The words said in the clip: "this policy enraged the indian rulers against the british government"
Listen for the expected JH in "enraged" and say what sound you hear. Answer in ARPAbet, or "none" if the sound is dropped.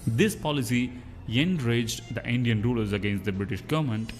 JH